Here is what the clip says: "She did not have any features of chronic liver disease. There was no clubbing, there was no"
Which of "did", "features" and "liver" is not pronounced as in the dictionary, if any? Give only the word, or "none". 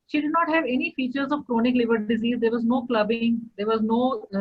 none